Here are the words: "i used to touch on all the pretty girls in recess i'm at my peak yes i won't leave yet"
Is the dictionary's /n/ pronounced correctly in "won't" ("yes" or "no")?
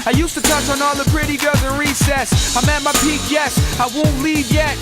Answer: yes